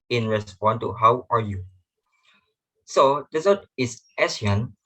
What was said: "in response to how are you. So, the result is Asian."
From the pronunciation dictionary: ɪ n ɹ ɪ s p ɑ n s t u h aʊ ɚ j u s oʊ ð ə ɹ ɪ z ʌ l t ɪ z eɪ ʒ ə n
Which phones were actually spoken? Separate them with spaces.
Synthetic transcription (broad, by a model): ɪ n ɹ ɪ s p ɑ n t u h aʊ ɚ j u s oʊ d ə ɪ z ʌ t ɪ s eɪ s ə n